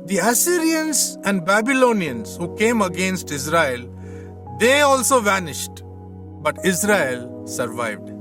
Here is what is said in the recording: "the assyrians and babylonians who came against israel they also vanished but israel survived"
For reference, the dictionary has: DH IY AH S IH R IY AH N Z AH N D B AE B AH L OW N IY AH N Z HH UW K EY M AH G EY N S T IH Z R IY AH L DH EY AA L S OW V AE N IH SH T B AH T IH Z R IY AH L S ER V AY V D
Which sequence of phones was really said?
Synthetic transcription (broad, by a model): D IY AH S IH R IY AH N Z AH N D B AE B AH L OW N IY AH N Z HH UW K EY M AH G EY N S T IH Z R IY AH L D EY AA L S OW V AE N IH SH T B AH T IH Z R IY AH L S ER V AY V D